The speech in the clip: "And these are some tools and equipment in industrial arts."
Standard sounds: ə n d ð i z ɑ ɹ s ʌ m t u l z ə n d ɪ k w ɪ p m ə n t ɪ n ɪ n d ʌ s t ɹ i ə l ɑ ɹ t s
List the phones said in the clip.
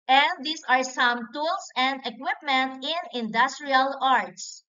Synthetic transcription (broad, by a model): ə n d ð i s ɑ ɹ s ʌ m t u l s ə n d ɪ k w ɪ p m ə n t ɪ n ɪ n d ʌ s t ɹ i ə l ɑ ɹ t s